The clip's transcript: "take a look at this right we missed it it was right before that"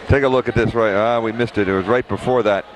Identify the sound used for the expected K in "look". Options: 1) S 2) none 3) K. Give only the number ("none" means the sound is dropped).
3